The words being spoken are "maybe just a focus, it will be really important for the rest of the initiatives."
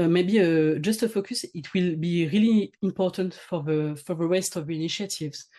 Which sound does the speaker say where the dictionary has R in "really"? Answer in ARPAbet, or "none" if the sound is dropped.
R